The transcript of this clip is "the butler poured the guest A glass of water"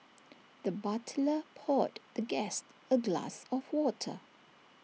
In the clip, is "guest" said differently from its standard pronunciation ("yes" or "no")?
no